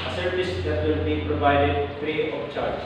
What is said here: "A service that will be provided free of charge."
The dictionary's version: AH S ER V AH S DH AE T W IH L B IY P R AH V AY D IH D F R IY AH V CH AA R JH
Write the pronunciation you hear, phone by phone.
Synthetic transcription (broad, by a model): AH S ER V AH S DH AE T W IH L B IY P R AH V AY D IH D P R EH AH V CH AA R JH